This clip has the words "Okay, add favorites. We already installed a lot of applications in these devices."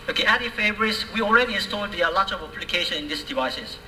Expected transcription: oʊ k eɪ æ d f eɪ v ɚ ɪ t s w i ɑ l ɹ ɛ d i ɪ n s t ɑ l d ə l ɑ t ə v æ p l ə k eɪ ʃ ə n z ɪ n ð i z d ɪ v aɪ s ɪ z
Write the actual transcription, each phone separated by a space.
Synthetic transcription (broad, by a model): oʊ k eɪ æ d f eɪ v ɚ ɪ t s w i ɑ l ɹ ɛ d i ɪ n s t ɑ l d ə l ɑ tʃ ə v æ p l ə k eɪ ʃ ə n ɪ n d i s d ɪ v aɪ s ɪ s